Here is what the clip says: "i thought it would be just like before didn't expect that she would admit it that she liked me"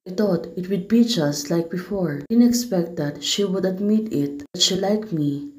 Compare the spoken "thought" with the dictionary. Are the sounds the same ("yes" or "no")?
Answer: no